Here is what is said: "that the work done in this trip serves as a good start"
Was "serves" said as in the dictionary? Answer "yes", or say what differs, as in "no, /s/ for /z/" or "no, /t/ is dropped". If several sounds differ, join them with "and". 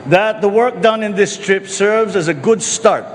yes